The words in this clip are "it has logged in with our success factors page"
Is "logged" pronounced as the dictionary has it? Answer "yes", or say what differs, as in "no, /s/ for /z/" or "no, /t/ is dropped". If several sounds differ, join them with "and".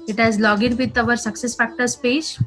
no, /d/ is dropped